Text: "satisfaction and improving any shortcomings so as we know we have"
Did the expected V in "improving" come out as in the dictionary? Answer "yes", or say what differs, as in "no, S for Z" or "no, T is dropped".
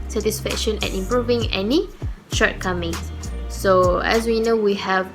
yes